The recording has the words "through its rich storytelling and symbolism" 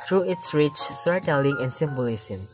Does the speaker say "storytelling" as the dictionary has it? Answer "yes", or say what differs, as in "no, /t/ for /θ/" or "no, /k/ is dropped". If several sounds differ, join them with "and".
no, /ɹ/ is dropped